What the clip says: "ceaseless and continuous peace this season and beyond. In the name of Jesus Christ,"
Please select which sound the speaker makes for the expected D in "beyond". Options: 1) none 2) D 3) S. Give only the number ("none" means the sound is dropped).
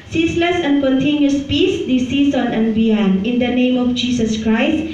1